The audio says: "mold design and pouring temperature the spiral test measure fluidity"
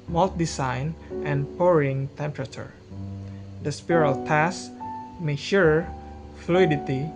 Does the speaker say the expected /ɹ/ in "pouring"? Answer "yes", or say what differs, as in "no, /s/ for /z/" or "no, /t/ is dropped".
yes